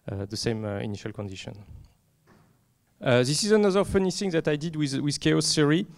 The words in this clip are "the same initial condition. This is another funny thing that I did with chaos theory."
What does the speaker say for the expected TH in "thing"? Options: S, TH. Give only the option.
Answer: S